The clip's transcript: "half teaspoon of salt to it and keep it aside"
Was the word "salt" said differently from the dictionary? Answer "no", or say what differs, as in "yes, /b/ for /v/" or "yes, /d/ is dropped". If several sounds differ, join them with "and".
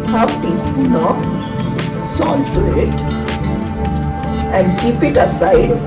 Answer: yes, /n/ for /l/